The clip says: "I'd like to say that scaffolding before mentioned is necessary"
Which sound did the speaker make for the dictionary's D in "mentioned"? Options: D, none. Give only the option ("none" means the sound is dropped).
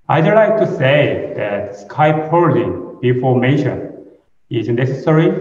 none